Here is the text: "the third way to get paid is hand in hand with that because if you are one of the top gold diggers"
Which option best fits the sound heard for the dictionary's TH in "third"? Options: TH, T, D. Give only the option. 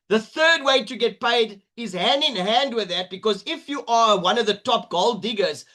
TH